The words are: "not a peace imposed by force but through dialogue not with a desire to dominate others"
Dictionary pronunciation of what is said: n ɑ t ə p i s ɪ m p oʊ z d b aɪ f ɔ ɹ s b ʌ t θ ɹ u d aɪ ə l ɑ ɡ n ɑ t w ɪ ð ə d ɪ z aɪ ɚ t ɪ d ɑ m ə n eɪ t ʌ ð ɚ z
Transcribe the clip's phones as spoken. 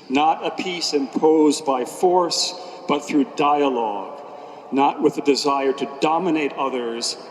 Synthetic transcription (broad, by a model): n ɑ t ə p i s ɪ m p oʊ z b aɪ f ɔ ɹ s b ʌ t θ ɹ u d aɪ ə l ɑ ɡ n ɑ t w ɪ ð ə d ɪ z aɪ ɚ t ɪ d ɑ m ə n eɪ t ʌ ð ɚ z